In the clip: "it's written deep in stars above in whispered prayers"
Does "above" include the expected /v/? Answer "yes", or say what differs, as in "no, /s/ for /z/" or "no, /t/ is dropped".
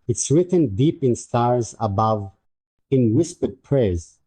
yes